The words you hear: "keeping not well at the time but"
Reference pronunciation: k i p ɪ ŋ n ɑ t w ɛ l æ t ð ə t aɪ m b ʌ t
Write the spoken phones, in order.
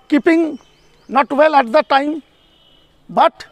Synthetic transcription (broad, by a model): k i p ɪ ŋ n ɑ t w ɛ l æ t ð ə t aɪ m b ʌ t